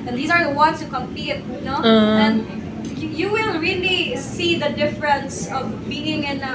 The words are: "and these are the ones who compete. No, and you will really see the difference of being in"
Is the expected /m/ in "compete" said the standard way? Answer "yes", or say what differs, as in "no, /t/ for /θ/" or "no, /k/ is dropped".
yes